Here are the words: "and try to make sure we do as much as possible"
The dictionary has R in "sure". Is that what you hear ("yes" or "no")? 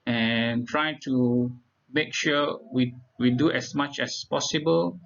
no